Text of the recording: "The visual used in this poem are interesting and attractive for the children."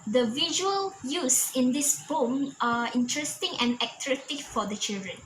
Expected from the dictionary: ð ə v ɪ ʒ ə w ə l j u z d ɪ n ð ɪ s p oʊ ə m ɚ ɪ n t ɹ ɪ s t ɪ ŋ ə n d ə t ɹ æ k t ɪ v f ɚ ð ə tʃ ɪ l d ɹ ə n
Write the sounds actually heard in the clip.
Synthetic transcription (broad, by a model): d ə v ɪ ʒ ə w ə l j u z ɪ n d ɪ s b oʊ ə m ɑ ɪ n t ɹ ɪ s t ɪ ŋ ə n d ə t ɹ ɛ t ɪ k f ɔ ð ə tʃ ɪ l d ɹ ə n